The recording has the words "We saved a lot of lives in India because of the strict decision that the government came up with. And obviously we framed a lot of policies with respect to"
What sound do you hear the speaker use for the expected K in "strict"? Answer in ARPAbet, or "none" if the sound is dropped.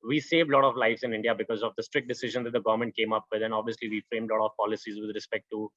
K